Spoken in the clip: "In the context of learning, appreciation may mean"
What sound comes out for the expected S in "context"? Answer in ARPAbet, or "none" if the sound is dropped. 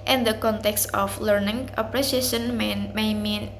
S